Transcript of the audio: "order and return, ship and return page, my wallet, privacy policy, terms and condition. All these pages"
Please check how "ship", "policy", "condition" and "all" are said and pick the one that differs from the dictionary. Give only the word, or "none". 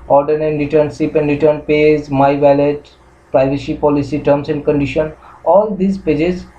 ship